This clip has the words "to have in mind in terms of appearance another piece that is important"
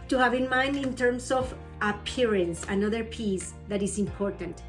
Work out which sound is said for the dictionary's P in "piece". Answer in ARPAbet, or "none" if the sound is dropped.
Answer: P